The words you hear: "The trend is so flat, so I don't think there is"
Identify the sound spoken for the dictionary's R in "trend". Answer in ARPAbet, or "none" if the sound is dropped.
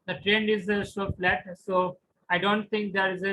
R